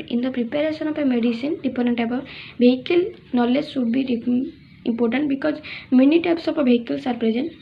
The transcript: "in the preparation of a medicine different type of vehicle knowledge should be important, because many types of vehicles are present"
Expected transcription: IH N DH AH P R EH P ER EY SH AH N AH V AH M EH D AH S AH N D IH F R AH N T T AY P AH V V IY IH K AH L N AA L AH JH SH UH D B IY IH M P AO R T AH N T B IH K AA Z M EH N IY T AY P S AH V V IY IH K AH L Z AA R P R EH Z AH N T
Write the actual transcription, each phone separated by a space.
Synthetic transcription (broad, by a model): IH N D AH P R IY P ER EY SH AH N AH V AH M EH D AH S AH N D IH P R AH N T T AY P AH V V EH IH K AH L N AA L AH JH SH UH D B IY IH M P AO R T AH N T B IH K AA Z M EH N IY T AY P S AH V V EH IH K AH L S AA R P R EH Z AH N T